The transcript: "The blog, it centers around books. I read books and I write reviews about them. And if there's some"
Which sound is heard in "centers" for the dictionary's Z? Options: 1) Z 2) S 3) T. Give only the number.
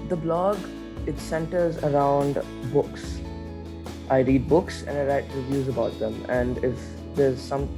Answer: 1